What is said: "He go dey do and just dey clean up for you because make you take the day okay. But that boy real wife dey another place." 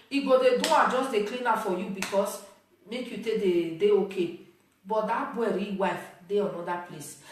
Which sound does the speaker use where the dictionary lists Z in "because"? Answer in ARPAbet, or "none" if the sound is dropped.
S